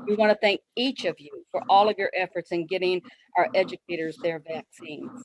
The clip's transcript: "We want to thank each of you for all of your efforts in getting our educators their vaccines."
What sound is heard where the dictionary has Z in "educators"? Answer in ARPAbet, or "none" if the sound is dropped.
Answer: Z